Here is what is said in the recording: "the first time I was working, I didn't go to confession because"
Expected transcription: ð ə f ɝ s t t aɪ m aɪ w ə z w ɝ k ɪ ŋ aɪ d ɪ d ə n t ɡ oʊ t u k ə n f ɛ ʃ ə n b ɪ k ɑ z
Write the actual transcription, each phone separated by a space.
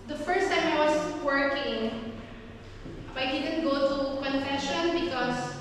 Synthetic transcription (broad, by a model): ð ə f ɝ s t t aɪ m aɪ w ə s w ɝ k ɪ ŋ aɪ d ɪ d ə n t ɡ oʊ t u k ə n f ɛ ʃ ə n b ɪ k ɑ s